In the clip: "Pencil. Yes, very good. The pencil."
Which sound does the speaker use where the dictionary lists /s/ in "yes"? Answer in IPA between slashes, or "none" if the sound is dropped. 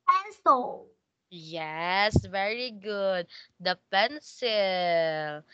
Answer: /s/